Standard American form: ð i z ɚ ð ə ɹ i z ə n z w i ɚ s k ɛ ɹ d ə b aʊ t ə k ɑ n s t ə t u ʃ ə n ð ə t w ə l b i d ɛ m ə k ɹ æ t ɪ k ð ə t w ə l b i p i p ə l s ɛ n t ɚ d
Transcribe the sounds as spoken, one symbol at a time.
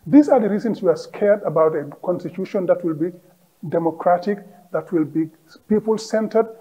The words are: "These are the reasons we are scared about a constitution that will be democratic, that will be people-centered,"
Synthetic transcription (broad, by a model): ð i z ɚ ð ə ɹ i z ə n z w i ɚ s k ɛ ɹ d ə b aʊ t ə k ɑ n s t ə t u ʃ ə n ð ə t w ə l b i d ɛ m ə k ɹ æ t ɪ k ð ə t w ə l b i p i p ə l s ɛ n t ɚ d